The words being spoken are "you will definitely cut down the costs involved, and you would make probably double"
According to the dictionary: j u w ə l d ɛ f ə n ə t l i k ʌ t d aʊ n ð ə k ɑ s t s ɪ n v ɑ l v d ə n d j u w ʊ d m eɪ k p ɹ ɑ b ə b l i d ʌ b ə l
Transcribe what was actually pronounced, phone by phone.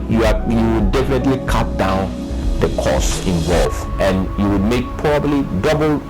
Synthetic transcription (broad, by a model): j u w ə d d ɛ f ə n ə t l i k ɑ t d aʊ n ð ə k ɑ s s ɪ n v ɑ l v ə n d j u w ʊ d m eɪ k p ɹ ɑ b ə b l i d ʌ b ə l